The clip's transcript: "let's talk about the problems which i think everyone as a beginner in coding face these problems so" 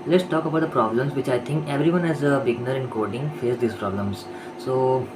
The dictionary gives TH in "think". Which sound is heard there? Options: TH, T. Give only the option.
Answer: T